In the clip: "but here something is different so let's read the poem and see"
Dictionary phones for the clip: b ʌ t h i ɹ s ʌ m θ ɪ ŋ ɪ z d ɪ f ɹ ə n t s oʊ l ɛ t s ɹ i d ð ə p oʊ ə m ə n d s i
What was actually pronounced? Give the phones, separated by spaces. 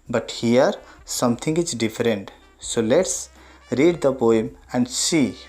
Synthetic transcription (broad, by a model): b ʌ t h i ɹ s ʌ m t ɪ ŋ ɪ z d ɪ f ɹ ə n t s oʊ l ɛ t s ɹ i d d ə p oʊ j m ə n d s i